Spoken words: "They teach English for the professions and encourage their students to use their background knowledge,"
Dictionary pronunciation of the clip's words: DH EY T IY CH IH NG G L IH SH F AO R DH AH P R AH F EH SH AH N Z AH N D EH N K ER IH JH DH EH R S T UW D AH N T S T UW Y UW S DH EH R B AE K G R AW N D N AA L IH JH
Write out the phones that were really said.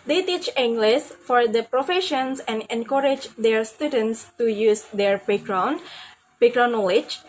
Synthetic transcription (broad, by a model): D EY T IY CH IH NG G L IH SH F AO R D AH P R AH F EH SH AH N S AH N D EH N K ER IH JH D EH R S T UW D AH N T S T UW Y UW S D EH R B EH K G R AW N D N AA L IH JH